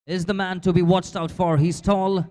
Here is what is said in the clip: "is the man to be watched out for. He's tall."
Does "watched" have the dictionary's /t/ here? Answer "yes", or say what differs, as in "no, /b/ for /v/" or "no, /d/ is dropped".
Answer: yes